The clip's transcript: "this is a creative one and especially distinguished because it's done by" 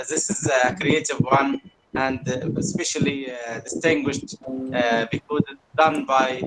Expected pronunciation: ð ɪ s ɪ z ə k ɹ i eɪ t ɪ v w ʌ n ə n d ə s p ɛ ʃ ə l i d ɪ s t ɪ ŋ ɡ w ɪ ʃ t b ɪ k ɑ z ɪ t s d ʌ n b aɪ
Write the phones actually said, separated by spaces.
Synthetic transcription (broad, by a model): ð ɪ s ɪ z ə k ɹ i eɪ t ɪ v w ʌ n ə n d ə s p ɛ ʃ ə l i d ɪ s t ɪ ŋ ɡ w ɪ ʃ t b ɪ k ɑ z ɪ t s d ʌ n b aɪ